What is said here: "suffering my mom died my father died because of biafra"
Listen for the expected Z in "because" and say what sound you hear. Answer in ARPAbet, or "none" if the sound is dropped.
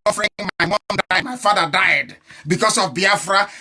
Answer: S